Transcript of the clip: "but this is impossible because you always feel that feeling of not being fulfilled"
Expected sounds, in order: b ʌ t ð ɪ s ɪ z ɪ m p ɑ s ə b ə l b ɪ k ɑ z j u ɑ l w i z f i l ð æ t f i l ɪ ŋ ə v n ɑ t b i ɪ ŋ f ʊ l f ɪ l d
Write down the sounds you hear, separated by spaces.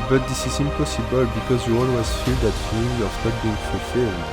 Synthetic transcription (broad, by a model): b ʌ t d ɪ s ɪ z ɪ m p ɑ s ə b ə l b ɪ k ɑ z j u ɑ n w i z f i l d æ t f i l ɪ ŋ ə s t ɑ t b i ɪ ŋ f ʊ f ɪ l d